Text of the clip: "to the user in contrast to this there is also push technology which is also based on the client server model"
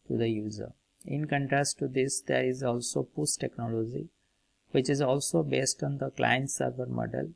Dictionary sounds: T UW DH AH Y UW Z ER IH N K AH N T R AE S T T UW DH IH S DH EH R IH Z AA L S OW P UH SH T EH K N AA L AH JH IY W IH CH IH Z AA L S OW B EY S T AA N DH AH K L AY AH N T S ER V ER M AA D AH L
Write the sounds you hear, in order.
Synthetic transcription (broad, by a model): T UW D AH Y UW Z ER IH N K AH N T R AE S T T UW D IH S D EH R IH Z AA L S OW P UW S T EH K N AA L AH JH IY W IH CH IH Z AA L S OW B EY S T AA N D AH K L AY AH N T S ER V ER M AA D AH L